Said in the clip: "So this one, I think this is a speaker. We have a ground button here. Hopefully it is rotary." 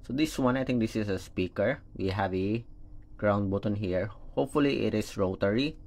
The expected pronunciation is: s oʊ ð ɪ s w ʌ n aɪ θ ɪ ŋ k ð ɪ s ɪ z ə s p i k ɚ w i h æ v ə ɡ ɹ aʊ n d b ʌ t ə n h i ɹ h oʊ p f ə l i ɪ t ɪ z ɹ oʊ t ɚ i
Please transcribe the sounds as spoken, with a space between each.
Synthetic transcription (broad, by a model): s oʊ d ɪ s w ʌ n aɪ t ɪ ŋ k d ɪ s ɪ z ə s p i k ɚ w i h æ v ə ɡ ɹ aʊ n d b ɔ t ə n h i ɹ h oʊ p f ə l i ɪ t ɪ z ɹ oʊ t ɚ i